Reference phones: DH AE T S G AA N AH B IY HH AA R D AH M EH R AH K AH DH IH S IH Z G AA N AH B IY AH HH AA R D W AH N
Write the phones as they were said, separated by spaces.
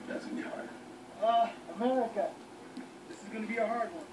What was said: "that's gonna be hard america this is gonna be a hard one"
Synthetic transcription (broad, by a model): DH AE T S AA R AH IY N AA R AH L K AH DH IH S IH Z G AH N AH B IY AH HH AA R D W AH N